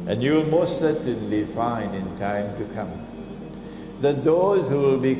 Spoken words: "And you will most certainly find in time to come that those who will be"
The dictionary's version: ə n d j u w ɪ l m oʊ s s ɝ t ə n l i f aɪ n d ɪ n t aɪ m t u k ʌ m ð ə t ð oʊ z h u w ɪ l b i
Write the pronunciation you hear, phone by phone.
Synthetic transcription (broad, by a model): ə n j u w ɪ l m oʊ s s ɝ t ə n l i f aɪ n ɪ n t aɪ m t u k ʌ m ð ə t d oʊ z h u w ɪ l b i